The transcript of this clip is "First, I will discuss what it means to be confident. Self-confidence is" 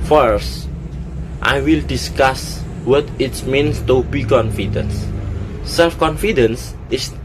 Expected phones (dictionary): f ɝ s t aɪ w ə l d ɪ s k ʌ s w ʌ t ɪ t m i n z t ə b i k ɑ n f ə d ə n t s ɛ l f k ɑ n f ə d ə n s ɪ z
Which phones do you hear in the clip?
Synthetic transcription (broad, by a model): f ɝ s t aɪ w ə l d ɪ s k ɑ s w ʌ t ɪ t m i n s t ə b i k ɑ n f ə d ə n s ɛ l f k ɑ n f ə d ə n s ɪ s